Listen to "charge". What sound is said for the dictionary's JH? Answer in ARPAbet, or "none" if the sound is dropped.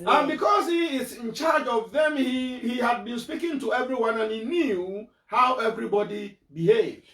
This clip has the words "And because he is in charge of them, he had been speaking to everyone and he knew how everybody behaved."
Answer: JH